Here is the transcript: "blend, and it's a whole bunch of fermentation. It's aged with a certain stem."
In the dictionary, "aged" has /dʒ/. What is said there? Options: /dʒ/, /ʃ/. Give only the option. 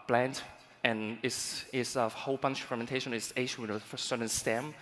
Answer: /ʃ/